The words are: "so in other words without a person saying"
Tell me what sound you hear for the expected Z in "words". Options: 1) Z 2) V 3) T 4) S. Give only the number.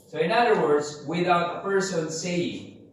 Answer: 1